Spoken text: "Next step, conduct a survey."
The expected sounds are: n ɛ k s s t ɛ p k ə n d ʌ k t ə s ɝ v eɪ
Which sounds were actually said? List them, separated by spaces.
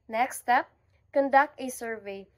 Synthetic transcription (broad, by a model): n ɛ k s s t ɛ p k ə n d ʌ k t ə s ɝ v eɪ